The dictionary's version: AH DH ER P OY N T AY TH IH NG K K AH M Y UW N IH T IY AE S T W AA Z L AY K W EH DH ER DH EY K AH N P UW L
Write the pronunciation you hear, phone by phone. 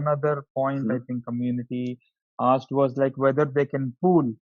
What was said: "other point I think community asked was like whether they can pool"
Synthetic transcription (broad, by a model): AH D ER P OY N T AY T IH NG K K AH M Y UW N IH T IY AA S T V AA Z L AY K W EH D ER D EY K AH N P UW L